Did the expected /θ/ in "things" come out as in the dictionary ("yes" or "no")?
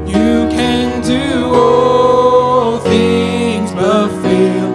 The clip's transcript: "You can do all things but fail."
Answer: yes